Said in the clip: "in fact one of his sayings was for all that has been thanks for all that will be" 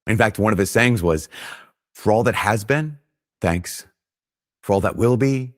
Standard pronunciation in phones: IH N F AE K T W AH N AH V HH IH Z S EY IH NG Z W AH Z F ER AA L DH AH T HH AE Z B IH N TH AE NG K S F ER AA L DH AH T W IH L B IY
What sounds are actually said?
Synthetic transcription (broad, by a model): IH N F AE K T W AH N AH V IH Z S EY IH NG Z W AH Z F ER AA L DH AH T HH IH Z B IH N TH AE NG K S F ER AA L DH AH T W IH L B IY